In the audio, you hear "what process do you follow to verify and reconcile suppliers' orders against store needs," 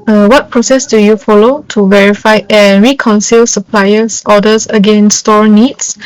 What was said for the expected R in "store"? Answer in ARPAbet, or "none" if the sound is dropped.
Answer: R